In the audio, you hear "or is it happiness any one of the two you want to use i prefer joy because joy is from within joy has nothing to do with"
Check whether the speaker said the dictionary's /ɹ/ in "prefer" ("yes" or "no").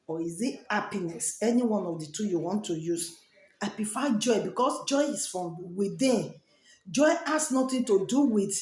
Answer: no